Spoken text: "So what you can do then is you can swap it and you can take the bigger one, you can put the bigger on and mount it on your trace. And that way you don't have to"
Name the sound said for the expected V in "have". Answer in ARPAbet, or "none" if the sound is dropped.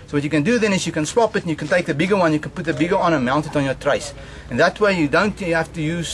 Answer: F